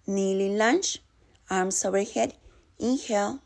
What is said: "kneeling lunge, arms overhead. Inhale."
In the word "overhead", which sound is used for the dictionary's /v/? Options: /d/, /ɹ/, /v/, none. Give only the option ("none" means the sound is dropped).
none